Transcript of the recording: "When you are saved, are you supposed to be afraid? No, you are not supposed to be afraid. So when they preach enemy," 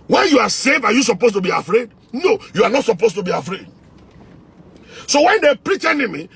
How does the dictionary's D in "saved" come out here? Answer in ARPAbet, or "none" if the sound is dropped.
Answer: none